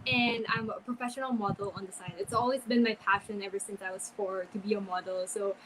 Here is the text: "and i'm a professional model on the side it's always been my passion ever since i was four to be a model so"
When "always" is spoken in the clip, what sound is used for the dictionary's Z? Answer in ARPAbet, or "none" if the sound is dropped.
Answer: Z